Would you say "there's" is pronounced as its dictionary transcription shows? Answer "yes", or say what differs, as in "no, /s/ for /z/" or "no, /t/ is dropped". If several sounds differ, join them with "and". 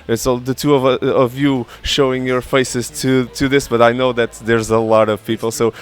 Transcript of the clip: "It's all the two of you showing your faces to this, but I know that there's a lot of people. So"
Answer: yes